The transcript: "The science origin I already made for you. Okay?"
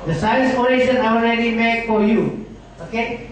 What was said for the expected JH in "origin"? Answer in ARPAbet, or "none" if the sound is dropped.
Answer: SH